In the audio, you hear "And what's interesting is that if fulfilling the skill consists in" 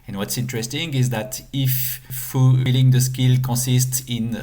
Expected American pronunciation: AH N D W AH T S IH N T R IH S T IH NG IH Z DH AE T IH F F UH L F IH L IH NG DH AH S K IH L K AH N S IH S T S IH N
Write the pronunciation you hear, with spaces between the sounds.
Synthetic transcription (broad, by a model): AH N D W AH T S IH N T R IH S T IH NG IH Z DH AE T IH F F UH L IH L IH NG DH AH S K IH L K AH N S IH S T S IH N